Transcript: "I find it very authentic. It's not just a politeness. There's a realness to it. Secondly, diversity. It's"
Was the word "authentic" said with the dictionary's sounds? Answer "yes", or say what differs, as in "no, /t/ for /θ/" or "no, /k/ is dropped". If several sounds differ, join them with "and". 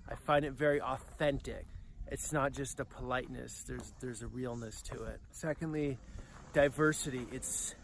yes